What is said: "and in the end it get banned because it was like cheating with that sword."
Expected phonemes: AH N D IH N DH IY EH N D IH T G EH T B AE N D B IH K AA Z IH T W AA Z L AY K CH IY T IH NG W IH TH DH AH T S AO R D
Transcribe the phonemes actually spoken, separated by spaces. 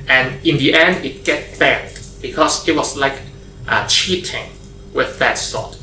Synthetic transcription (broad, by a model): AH N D IH N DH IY EH N D IH T G EH T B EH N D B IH K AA S IH T W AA S L AY K CH IY T IH NG W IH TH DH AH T S AO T